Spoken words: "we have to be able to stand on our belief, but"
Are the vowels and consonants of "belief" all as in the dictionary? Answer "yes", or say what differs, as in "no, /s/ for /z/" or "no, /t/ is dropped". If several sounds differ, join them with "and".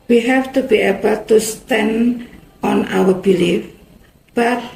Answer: yes